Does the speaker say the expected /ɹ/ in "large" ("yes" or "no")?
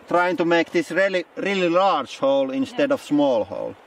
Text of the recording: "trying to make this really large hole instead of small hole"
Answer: no